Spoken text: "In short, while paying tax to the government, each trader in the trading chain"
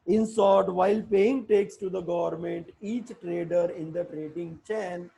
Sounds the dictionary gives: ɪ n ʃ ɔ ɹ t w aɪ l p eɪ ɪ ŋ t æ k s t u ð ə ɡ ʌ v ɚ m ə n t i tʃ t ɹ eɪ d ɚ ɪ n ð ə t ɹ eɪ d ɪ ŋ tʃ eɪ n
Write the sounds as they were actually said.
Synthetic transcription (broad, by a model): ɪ n s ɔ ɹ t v aɪ l p eɪ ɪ ŋ t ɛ k s t u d ə ɡ ʌ v ɚ m ə n t i tʃ t ɹ eɪ d ɚ ɪ n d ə t ɹ eɪ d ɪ ŋ tʃ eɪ n